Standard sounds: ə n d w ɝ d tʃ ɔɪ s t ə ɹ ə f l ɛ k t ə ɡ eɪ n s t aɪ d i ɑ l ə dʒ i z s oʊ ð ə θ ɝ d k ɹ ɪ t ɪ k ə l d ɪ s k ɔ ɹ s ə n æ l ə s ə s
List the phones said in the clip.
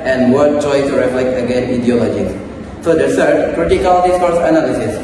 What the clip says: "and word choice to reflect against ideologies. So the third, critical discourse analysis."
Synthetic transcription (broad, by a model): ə n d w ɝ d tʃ ɔɪ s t ɹ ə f l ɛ k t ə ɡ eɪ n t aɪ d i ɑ l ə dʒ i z s oʊ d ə s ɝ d k ɹ ɪ t ɪ k ə l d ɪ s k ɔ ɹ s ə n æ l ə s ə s